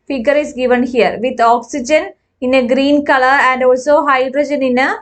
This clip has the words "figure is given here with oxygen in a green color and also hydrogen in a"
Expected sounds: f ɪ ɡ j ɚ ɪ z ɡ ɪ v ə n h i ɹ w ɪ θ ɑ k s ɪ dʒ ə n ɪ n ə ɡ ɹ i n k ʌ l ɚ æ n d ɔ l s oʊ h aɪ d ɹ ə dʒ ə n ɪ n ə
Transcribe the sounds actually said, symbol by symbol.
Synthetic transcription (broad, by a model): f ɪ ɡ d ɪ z ɡ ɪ v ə n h i ɹ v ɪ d ɑ k s ɪ dʒ ə n ɪ n ə ɡ ɹ i n k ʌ l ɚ æ n d ɔ l s oʊ h aɪ d ɹ ə dʒ ə n ɪ n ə